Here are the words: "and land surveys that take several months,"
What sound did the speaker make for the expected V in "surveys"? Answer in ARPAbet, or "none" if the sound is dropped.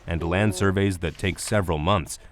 V